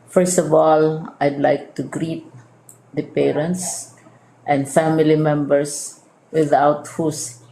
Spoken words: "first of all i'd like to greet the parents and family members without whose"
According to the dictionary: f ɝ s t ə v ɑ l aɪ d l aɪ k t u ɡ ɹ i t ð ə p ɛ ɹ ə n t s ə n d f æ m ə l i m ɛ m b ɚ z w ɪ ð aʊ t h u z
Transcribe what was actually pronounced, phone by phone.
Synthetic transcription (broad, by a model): f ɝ s t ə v ɑ l aɪ d l aɪ k t u ɡ ɹ i t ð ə p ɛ ɹ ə n t s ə n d f æ m ə l i m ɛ m b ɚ s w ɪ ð aʊ t h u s